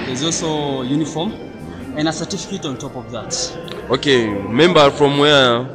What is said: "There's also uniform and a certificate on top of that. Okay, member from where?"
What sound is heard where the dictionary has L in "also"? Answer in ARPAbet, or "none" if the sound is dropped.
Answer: L